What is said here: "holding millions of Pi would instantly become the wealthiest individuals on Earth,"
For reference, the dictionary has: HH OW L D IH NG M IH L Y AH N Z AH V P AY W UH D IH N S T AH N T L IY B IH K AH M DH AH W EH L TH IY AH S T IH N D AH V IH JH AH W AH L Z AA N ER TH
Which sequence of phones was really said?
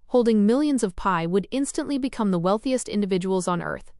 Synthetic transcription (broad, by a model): HH OW L D IH NG M IH L Y AH N Z AH V P AY W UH D IH N S T AH N T L IY B IH K AH M DH AH W EH L TH IY AH S T IH N D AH V IH JH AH W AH L Z N ER TH